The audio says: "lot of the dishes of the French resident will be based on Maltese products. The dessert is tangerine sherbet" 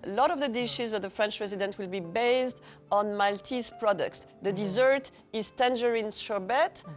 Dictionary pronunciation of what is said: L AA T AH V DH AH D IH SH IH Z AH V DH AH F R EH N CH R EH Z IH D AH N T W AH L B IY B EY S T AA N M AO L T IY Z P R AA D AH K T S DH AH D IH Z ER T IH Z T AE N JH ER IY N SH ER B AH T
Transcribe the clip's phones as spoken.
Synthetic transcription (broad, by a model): L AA T AH V DH AH D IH SH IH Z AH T DH AH F R EH N CH R EH Z IH D AH N T W AH L B IY B EY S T AA N M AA L T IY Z P R AA D AH K T S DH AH D IH Z ER T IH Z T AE N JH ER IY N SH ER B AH T